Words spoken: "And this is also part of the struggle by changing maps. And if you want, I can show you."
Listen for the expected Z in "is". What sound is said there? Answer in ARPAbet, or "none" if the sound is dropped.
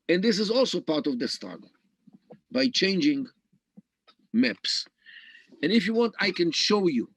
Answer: Z